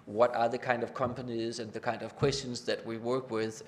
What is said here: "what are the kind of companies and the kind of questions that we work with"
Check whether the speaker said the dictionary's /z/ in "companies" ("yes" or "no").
yes